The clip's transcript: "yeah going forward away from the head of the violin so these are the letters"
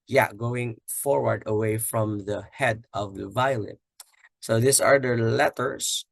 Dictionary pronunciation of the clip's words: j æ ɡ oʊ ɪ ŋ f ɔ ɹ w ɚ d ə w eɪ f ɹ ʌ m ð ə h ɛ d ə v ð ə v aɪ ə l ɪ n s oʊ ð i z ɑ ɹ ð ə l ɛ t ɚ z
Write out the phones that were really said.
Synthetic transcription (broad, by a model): j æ ɡ oʊ ɪ ŋ f ɔ ɹ w ɚ d ə w eɪ f ɹ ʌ m ð ə h ɛ d ə v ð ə v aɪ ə l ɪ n s oʊ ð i s ɑ ɹ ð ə l ɛ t ɚ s